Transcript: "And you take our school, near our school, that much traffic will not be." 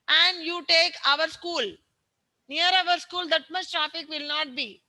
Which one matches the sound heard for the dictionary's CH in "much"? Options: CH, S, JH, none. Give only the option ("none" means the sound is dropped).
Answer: S